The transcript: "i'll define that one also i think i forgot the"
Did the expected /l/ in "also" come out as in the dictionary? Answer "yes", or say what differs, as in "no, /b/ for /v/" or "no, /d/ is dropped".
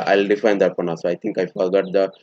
no, /l/ is dropped